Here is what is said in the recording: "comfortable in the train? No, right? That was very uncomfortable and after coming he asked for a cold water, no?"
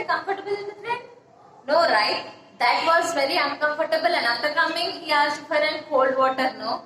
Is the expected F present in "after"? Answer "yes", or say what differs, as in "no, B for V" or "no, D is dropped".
no, F is dropped